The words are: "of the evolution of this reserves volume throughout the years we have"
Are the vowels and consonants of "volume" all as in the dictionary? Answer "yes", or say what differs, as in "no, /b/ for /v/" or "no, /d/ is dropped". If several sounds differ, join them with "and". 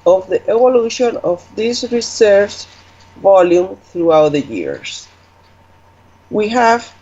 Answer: yes